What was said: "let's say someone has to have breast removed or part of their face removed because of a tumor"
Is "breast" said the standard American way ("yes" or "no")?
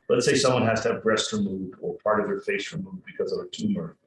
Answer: yes